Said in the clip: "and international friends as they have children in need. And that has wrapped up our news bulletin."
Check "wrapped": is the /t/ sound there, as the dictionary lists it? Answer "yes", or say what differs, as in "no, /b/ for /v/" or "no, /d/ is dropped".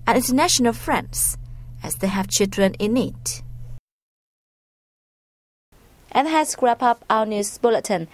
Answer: no, /t/ is dropped